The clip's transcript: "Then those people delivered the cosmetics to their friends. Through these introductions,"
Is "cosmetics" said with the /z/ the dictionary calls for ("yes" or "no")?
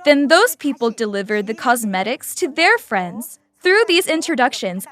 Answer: yes